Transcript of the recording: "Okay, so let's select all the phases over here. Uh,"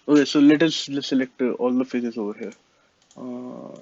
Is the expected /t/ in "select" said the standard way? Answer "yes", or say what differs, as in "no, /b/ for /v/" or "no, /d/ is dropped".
yes